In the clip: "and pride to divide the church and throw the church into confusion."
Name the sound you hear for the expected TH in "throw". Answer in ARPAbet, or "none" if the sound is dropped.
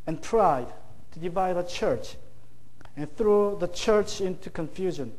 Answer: TH